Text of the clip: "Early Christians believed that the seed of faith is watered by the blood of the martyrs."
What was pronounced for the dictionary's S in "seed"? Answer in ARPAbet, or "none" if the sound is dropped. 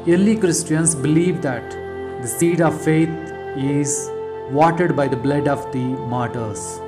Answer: S